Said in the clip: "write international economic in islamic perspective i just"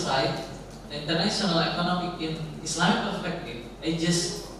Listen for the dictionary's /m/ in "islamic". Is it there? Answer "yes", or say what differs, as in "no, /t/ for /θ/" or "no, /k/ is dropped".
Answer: no, /m/ is dropped